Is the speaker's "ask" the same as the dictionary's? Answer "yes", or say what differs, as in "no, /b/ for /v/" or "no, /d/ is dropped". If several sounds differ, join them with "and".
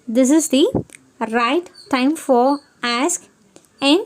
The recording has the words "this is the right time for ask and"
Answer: yes